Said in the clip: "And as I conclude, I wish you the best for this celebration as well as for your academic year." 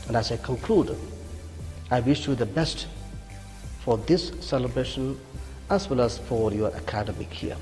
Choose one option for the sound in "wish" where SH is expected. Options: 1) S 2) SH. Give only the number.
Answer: 2